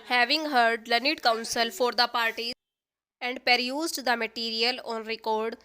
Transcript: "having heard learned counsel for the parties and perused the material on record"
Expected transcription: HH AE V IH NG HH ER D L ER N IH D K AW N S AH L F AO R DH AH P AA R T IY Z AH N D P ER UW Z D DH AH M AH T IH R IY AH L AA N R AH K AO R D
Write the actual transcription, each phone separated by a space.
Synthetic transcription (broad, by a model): HH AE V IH NG HH ER D L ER N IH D K AW N S AH L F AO R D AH P AA R T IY AH N D P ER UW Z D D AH M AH T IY R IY AH L AA N R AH K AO R D